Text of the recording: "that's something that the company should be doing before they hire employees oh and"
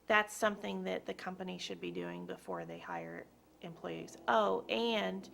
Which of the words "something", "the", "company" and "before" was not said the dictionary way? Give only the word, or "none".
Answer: none